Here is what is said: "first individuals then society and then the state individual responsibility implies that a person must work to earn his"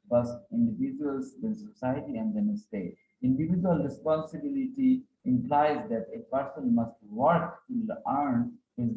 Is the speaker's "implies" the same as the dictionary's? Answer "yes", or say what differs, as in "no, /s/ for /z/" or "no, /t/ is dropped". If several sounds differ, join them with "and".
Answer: yes